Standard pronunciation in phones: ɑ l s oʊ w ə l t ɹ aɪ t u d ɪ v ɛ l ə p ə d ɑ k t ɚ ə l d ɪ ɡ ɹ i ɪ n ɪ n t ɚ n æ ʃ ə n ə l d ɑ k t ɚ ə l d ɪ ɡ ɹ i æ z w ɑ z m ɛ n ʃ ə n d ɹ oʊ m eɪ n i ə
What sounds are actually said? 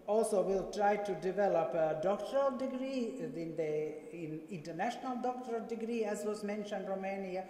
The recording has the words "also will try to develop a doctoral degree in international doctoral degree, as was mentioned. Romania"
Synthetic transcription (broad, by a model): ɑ l s oʊ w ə l t ɹ aɪ t u d ɪ v ɛ l ə p ə d ɑ k t ɚ ə l d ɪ ɡ ɹ i ɪ n ɪ n t ɚ n æ ʃ ə n ə l d ɑ k t ɚ ə l d ɪ ɡ ɹ i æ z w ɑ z m ɛ n ʃ ə n d ɹ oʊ m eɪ n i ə